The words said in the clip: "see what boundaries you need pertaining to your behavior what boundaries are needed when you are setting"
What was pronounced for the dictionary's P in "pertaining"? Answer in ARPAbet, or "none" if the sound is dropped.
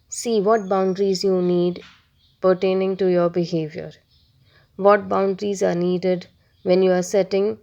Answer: P